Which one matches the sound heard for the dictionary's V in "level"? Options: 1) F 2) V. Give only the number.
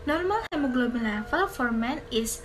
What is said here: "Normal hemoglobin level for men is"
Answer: 1